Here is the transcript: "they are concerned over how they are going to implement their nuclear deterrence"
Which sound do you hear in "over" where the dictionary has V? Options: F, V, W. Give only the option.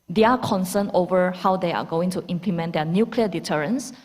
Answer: V